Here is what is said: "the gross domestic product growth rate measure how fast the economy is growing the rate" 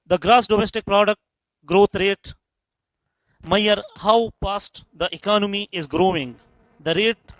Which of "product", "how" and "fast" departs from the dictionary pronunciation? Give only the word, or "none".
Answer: fast